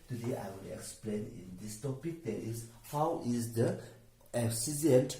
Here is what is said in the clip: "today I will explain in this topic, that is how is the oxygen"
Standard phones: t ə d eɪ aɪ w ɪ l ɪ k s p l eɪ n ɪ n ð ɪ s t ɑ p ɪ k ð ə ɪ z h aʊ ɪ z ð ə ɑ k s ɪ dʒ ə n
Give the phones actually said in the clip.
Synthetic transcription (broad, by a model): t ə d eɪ aɪ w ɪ n ɪ k s p l eɪ n ɪ n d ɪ s t ɑ p ɪ k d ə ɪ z h aʊ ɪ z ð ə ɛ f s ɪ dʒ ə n